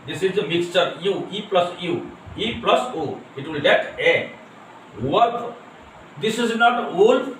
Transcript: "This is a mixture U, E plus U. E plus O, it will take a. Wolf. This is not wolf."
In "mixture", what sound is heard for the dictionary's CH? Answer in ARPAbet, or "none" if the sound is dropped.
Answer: CH